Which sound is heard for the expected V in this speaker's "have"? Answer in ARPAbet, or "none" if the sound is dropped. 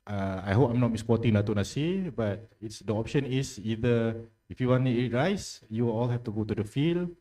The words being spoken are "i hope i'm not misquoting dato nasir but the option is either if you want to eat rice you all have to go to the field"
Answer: F